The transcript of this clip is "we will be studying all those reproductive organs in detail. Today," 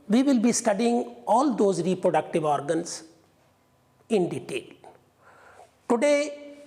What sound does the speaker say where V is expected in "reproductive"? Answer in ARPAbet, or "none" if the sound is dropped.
V